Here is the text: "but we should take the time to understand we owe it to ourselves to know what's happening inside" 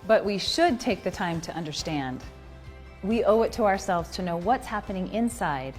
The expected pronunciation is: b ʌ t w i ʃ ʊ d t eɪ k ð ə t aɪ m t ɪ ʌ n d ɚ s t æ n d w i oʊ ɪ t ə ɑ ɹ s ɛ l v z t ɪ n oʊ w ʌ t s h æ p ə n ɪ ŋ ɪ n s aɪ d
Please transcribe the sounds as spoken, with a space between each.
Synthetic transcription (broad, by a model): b ʌ t w i ʃ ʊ d t eɪ k ð ə t aɪ m t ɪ ʌ n d ɚ s t æ n d w i oʊ ɪ t ə ɑ ɹ s ɛ l v z t ɪ n oʊ w ʌ t s h æ p ə n ɪ ŋ ɪ n s aɪ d